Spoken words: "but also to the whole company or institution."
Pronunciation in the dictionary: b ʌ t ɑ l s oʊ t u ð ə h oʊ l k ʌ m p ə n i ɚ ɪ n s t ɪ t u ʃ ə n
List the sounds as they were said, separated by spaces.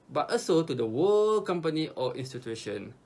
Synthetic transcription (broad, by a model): b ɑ t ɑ s oʊ t u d ə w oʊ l k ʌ m p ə n i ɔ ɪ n s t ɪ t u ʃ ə n